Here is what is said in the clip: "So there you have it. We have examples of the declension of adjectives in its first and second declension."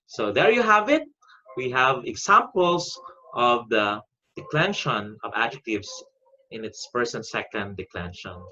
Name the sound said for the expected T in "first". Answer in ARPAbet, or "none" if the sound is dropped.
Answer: none